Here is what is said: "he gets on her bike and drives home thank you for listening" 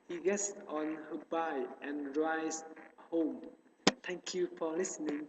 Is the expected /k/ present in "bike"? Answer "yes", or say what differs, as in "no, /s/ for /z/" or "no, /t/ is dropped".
no, /k/ is dropped